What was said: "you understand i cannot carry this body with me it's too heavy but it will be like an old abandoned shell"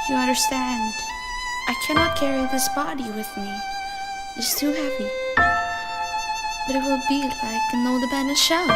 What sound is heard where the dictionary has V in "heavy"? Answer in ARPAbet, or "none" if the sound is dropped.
P